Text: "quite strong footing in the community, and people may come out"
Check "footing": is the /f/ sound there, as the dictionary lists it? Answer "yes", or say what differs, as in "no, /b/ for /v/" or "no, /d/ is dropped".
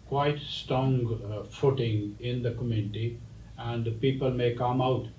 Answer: yes